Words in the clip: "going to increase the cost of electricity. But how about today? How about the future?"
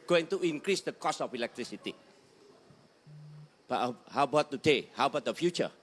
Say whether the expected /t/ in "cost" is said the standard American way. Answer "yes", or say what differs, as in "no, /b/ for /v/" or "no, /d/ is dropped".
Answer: no, /t/ is dropped